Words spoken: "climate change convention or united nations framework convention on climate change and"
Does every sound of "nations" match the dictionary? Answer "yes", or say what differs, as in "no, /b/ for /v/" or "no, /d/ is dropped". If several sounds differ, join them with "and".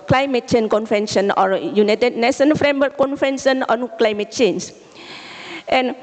no, /z/ is dropped